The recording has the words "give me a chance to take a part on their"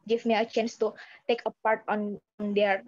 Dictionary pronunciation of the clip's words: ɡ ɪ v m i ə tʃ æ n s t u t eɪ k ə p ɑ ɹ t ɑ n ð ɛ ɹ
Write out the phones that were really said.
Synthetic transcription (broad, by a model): ɡ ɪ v m i ə tʃ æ n s t u t eɪ k ə p ɑ ɹ t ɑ n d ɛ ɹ